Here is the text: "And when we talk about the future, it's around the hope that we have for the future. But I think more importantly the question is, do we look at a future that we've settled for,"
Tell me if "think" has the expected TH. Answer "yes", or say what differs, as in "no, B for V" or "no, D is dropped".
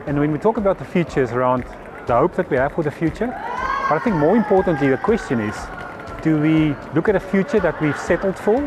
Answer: yes